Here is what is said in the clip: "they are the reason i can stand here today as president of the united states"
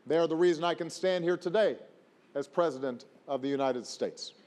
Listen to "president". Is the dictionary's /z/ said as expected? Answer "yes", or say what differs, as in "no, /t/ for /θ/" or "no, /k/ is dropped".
yes